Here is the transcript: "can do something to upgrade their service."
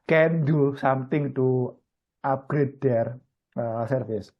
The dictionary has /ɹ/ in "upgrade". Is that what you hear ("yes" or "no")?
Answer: yes